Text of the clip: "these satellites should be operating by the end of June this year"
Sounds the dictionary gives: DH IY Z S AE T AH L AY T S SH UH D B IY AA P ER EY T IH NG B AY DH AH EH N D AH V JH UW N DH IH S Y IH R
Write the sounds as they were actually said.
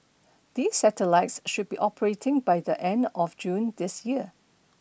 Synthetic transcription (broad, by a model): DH IY S AE T AH L AY T S SH UH D B IY AA P ER EY T IH NG B AY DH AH EH N D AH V JH UW N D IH S Y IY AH